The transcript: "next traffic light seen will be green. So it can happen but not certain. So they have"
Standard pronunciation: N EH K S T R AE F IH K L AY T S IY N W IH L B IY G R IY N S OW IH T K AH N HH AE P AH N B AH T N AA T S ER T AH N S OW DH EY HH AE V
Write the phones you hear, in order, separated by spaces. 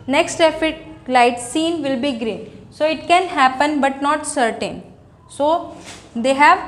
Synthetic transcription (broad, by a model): N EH K S T EH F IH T L AY T S IY N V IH L B IY G R IY N S OW IH T K AH N HH AE P AH N B AH T N AA T S ER T AH N S OW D EY HH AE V